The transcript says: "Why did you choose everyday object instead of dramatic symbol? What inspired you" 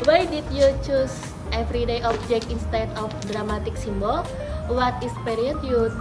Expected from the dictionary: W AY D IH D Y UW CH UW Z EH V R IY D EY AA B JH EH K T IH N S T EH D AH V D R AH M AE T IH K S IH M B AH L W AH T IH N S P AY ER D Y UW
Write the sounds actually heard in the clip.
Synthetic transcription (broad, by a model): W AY D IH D Y UW CH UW S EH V R IY D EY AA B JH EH K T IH N S T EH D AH F D R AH M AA T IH K S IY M B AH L W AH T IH S P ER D Y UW